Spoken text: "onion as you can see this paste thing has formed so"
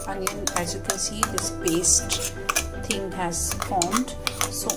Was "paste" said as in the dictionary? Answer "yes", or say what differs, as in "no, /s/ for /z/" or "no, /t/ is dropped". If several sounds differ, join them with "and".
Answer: no, /b/ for /p/